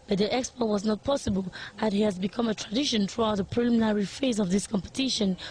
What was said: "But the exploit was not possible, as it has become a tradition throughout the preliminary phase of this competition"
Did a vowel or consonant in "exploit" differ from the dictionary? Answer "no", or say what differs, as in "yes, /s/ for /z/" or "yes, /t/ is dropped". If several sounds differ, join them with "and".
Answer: yes, /l/ is dropped